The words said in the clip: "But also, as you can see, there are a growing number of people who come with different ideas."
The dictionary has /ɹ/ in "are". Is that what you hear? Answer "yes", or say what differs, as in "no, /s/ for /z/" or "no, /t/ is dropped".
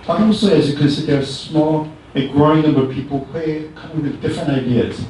no, /l/ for /ɹ/